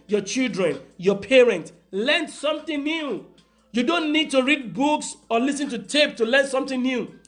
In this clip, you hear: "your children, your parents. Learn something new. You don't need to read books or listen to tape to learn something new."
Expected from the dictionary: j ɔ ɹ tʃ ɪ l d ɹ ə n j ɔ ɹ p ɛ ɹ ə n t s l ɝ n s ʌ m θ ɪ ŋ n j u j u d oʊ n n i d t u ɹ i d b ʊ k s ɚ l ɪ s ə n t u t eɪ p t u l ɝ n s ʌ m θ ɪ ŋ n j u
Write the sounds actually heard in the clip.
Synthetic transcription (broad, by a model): j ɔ tʃ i l d ɹ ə n j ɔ p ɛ ɹ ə n t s l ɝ n s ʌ m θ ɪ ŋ n j u j u d oʊ n n i d t u ɹ i d b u k s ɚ l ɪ s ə n t u t eɪ p t u l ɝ n s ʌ m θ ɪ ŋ n j u